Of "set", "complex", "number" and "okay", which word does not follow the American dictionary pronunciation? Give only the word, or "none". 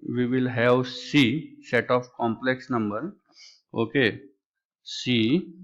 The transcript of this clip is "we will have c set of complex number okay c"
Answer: none